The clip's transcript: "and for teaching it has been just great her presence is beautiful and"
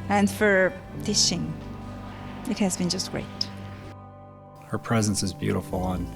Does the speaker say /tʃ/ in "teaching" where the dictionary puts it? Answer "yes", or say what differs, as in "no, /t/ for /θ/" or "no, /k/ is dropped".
no, /ʃ/ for /tʃ/